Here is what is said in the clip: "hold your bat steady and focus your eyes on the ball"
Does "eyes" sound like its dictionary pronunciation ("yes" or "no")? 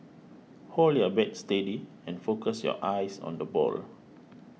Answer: no